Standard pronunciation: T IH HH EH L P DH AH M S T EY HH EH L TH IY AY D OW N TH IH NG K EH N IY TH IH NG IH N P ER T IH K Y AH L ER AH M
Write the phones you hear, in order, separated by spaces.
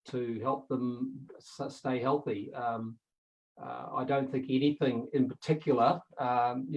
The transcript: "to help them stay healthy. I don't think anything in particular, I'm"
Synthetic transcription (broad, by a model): T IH HH EH L P DH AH M S T EY HH EH L TH IY AY D OW N TH IH NG K EH N IY TH IH NG IH N P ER T IH K Y L ER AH M